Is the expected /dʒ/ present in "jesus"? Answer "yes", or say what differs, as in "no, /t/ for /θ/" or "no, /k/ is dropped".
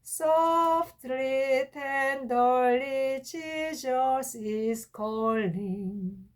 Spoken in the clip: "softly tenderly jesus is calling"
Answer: no, /tʃ/ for /dʒ/